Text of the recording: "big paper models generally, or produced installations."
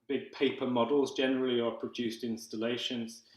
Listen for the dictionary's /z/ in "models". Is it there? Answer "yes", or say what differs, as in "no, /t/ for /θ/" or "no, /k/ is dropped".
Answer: yes